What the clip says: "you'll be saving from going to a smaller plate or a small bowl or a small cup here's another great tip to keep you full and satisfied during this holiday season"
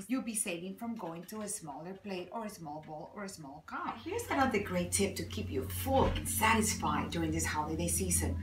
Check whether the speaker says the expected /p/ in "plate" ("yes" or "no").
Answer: yes